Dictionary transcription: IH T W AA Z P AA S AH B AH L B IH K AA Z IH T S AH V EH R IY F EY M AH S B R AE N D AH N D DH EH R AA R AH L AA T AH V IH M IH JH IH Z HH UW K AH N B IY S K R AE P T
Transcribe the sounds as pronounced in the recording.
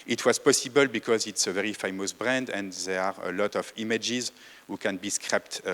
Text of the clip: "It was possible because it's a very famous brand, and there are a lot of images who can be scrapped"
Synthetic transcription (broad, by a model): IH T W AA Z P AA S AH B AH L B IH K AA Z IH T S AH V EH R IY F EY M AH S B R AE N D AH N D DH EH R AA R AH L AA T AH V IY M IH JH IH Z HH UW K AH N B IY S K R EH P T